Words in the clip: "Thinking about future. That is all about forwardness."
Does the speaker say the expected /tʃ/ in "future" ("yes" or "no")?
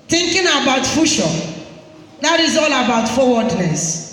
no